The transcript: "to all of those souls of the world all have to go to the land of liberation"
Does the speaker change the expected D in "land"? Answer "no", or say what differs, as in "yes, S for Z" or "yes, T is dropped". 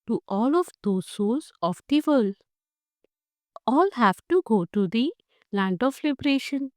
no